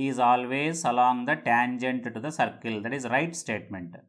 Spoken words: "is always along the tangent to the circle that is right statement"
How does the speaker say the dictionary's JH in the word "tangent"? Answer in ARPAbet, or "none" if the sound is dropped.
JH